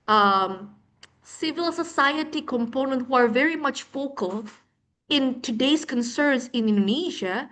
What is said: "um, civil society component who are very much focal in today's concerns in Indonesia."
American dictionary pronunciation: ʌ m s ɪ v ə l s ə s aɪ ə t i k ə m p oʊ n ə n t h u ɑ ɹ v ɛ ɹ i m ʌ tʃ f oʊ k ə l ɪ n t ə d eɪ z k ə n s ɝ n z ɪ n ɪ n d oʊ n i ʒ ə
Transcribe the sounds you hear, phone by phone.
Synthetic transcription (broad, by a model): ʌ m s ɪ v ə l s ə s aɪ ə t i k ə m p oʊ n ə n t h u ɑ ɹ v ɛ ɹ i m ʌ tʃ f oʊ k ə l ɪ n t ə d eɪ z k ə n s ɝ n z ɪ n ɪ n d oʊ n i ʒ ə